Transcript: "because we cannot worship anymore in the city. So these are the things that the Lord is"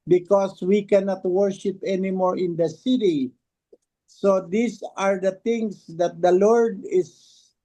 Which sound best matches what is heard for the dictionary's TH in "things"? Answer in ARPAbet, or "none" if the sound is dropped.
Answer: T